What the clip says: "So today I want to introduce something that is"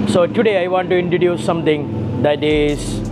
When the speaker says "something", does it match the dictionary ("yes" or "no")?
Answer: no